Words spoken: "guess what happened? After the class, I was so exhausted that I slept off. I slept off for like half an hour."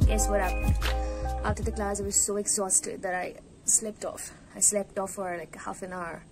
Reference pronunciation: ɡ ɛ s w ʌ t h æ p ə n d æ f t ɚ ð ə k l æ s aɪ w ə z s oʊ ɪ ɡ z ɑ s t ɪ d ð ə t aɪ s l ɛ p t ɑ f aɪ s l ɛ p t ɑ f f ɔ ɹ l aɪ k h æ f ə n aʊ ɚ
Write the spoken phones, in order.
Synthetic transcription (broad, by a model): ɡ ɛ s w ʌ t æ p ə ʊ t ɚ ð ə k l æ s aɪ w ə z s oʊ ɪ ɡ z ɑ s t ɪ d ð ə t aɪ s l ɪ p t ɑ f aɪ s l ɛ p t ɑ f f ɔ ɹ l aɪ k h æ f ə n aʊ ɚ